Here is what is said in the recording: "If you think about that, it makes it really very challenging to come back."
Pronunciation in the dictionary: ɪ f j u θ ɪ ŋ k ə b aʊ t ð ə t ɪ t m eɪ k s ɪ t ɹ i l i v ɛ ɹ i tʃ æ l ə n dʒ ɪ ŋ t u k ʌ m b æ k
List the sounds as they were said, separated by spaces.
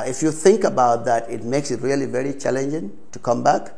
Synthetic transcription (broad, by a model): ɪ f j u θ ɪ ŋ k ə b aʊ t ð ə t ɪ t m eɪ k s ɪ t ɹ i l i v ɛ ɹ i tʃ æ l ə n dʒ ɪ ŋ t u k ʌ m b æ k